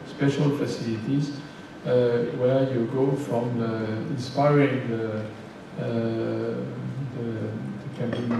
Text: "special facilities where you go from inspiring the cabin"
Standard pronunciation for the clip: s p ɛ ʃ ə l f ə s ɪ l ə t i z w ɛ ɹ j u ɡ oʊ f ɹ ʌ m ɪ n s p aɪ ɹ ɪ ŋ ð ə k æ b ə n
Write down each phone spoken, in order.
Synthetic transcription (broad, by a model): s p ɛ ʃ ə l f ə s ɪ l ə t i z w ɛ ɹ j u ɡ oʊ f ɹ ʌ m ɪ n s p aɪ ɹ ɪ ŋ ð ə k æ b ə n